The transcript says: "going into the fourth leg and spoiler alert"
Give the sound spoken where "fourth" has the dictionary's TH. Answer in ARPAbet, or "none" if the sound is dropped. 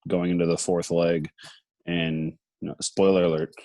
TH